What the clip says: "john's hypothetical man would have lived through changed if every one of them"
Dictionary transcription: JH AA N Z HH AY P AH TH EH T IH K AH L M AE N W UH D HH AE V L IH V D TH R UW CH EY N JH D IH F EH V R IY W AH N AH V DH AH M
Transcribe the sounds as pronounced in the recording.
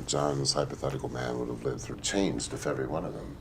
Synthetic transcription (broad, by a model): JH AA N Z HH AY P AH TH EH T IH K L M AE N W UH D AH V L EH D TH R UW CH EY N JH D IH F EH V R IY W AH N AH V DH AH M